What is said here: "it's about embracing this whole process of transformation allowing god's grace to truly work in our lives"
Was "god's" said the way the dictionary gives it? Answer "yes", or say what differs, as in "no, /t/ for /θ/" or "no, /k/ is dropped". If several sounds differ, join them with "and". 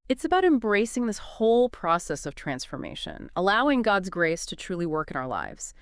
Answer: yes